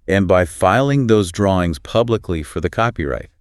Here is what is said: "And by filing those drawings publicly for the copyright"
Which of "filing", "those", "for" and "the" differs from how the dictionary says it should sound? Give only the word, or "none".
none